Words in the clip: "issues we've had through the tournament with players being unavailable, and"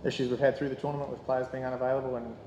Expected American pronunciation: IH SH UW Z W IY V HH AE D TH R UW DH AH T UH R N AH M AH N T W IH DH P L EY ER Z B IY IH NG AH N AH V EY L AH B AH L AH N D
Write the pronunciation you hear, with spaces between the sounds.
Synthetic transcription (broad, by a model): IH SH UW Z W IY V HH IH D TH R UW DH AH T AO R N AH M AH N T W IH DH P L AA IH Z B IY IH NG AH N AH V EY L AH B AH L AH N